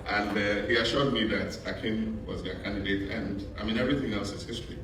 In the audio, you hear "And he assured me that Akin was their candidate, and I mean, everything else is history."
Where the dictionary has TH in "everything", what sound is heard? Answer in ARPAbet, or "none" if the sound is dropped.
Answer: TH